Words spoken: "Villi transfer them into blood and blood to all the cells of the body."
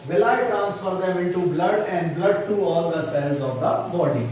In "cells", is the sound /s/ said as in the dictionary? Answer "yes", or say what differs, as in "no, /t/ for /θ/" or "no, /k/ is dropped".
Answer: yes